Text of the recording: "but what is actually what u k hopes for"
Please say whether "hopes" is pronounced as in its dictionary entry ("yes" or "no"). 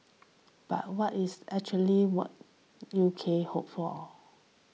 no